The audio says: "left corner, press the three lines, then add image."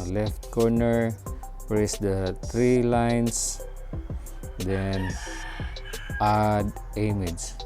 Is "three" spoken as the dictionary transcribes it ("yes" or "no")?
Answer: no